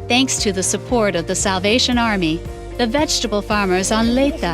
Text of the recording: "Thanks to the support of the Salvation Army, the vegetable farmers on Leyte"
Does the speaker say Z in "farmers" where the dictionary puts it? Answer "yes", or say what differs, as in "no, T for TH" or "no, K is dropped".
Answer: yes